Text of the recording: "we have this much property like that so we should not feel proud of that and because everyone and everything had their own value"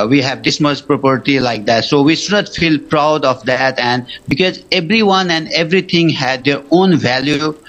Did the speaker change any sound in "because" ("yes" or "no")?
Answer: no